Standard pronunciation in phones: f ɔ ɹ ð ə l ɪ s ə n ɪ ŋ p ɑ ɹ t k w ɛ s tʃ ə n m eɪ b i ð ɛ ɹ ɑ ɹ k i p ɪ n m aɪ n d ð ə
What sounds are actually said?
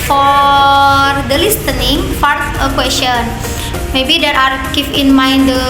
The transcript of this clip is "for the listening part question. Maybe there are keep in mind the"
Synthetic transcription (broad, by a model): f ɔ ɹ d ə l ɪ s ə n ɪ ŋ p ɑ ɹ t k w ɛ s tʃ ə n m eɪ b i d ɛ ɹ ɑ ɹ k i f ɪ n m aɪ n d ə